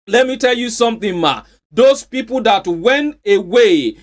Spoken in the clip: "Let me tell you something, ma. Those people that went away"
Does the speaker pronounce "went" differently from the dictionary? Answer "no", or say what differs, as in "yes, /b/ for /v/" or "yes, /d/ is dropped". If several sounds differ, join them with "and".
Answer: no